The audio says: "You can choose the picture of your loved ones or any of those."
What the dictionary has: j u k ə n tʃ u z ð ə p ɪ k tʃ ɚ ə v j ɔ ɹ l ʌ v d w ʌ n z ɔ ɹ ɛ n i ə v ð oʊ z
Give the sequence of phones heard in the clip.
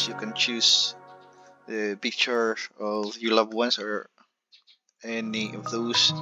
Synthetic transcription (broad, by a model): j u k ə n tʃ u s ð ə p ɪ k tʃ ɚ ə v j ɔ ɹ l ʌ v w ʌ n s ɔ ɹ ɛ n i ə v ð oʊ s